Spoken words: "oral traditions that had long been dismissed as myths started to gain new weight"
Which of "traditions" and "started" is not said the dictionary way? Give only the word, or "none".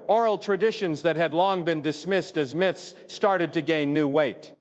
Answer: none